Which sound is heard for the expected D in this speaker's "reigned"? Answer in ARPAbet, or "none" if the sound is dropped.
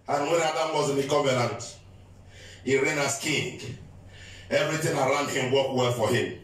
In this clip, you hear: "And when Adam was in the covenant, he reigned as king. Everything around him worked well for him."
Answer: none